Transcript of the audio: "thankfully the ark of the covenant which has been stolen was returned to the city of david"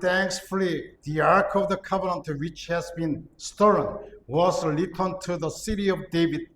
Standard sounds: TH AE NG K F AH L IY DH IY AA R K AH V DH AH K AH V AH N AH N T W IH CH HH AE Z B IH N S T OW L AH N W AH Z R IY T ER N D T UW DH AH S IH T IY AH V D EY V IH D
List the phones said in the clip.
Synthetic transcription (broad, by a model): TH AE NG K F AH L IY DH IY AA R K AH V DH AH K AH V AH N AH N T W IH CH HH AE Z B IH N S T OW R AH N W AH Z L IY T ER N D T UW DH AH S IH T IY AH V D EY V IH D